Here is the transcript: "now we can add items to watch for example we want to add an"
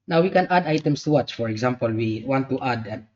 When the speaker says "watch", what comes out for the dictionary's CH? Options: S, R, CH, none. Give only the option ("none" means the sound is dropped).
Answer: CH